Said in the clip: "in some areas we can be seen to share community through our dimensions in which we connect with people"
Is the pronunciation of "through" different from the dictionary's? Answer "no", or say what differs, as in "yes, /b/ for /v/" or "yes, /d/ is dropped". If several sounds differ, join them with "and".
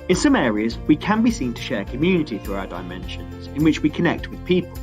no